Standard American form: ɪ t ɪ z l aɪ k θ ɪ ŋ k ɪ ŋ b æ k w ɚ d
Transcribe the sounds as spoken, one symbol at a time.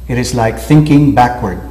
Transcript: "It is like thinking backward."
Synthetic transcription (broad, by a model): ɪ t ɪ z l aɪ k θ ɪ ŋ k ɪ ŋ b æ k w ɚ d